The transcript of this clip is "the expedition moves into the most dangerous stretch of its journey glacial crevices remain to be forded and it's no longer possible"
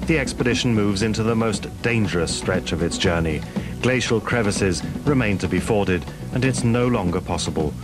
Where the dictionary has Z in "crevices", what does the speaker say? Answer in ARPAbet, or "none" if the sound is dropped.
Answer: Z